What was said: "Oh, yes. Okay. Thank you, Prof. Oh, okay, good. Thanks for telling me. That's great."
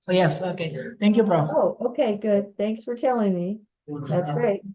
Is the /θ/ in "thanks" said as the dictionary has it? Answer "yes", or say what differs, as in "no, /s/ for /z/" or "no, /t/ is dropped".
yes